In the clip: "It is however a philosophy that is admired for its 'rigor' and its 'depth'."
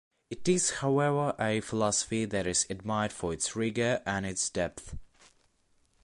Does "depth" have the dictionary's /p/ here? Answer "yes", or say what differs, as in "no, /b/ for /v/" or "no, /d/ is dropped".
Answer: yes